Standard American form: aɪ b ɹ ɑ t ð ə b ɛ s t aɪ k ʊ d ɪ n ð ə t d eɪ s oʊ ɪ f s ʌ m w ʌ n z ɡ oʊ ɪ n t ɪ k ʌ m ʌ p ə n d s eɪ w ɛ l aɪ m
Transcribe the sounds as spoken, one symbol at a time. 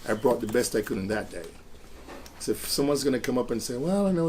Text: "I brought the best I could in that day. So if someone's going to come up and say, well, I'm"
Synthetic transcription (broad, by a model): aɪ b ɹ ɑ t ð ə b ɛ s t aɪ k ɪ d ɪ n ð ə t d eɪ s oʊ ɪ f s ʌ m w ʌ n z ɡ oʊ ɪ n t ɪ k ʌ m ʌ p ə n s eɪ w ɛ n